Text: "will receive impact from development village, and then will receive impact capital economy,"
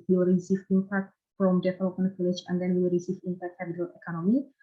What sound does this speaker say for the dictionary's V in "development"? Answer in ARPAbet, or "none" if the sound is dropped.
F